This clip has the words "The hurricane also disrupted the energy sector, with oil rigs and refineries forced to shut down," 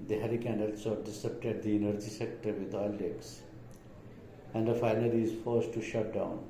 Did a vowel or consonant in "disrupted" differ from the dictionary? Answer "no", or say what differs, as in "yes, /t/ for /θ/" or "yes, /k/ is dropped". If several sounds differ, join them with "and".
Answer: yes, /ɹ/ is dropped